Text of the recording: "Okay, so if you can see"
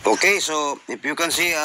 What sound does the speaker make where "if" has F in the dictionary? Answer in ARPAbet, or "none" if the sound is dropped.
P